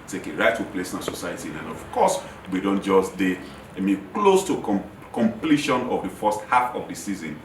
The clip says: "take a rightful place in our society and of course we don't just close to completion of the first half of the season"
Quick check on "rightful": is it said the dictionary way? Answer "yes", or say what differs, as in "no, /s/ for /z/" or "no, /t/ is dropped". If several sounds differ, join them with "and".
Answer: no, /f/ is dropped